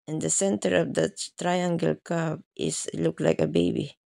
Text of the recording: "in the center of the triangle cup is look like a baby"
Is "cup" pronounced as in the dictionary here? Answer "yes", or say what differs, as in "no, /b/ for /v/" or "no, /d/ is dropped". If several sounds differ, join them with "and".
no, /b/ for /p/